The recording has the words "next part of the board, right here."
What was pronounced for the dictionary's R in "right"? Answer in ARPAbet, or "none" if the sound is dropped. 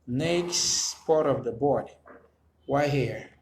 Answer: W